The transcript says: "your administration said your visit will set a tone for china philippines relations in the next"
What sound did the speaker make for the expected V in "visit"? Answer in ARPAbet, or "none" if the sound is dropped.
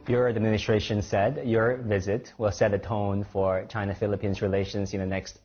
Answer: V